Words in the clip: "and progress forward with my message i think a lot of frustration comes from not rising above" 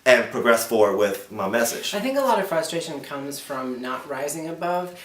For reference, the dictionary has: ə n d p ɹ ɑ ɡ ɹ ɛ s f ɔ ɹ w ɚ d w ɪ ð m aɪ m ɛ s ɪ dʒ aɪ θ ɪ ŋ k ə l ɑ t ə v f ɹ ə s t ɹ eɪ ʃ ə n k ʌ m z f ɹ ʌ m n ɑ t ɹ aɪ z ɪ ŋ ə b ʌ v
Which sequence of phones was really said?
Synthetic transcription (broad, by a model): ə n p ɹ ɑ ɡ ɹ ɛ s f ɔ ɹ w w ɪ ð m aɪ m ɛ s ɪ dʒ aɪ θ ɪ ŋ k ə l ɑ t ə v f ɹ ə s t ɹ eɪ ʃ ə n k ʌ m z f ɹ ʌ m n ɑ t ɹ aɪ z ɪ ŋ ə b ʌ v